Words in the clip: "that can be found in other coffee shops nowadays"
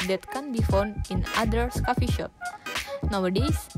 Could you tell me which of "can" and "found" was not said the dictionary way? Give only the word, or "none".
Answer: none